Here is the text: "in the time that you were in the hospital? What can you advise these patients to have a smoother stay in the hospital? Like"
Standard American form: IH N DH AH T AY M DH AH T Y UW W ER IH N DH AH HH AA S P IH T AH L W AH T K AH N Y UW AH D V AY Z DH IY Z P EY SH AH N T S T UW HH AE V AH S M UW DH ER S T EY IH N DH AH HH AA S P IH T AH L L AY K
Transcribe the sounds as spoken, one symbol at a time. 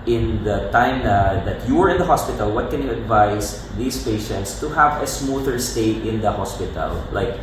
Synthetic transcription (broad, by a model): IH N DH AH T AY M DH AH T Y UW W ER IH N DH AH HH AA S P IH T AH L W AH T K AH N Y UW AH D V AY S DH IY S P EY SH AH N T S T UW HH AE V AH S M UW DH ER S T EY IH N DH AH HH AA S P IH T AH L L AY K